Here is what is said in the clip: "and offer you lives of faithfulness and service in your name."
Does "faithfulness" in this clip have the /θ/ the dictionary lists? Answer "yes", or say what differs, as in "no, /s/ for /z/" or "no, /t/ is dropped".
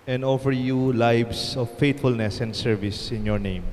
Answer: no, /t/ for /θ/